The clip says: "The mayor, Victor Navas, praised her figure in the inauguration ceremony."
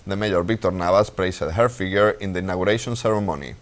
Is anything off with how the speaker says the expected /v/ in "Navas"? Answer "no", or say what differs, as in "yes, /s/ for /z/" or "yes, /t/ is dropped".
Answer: yes, /b/ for /v/